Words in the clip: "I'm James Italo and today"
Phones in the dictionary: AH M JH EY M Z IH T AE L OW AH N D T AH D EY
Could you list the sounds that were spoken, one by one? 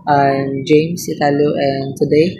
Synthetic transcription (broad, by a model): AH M JH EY M S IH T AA L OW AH N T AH D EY